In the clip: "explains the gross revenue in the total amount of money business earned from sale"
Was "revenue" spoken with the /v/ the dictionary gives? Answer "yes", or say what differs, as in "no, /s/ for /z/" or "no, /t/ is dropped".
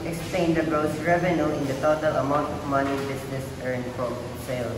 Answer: yes